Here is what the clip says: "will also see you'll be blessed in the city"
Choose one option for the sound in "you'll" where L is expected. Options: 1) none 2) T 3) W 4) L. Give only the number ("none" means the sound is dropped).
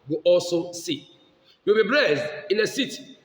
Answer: 3